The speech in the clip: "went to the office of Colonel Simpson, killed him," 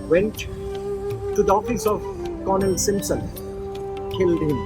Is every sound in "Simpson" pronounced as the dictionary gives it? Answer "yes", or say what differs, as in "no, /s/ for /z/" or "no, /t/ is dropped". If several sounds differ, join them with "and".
yes